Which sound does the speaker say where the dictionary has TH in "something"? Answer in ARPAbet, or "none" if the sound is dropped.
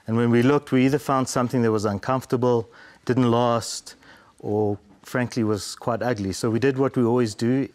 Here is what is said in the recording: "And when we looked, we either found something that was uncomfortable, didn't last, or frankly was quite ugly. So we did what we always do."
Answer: TH